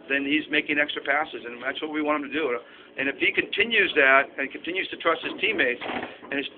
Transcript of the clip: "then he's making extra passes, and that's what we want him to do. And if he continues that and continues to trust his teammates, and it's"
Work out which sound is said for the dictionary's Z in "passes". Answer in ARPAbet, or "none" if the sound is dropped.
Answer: Z